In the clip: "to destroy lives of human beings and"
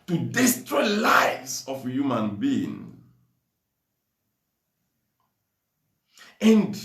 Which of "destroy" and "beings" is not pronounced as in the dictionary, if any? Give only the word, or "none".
beings